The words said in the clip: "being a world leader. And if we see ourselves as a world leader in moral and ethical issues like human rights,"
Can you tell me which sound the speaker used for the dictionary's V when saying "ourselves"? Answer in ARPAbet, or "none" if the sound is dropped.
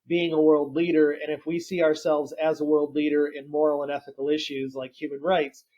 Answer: V